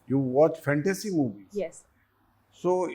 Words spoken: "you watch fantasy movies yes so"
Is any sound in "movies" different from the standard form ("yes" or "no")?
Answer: yes